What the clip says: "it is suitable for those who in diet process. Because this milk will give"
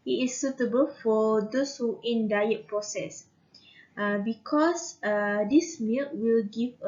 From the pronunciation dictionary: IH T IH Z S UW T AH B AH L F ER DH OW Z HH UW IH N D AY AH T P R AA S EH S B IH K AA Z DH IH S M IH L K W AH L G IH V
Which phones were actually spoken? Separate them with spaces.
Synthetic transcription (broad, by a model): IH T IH S UW T AH B AH L F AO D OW S HH UW IH N D AY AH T P R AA S EH S B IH K AA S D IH S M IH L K W AH L G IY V